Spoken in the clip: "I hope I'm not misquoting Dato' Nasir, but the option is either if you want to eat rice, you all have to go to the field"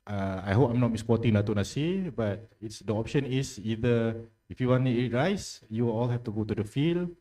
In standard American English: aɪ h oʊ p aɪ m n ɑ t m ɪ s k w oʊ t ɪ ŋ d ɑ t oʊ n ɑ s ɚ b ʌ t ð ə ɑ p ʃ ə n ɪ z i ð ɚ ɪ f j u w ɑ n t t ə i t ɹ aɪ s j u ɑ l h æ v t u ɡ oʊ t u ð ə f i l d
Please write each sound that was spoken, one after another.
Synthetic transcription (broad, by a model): aɪ h oʊ p aɪ m n ɑ t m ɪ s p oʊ t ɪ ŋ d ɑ t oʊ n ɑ s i b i t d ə ɑ p ʃ ə n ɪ s i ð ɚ ɪ f j u w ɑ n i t i t ɹ aɪ s j u ɑ l h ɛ f t u ɡ oʊ t u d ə f i l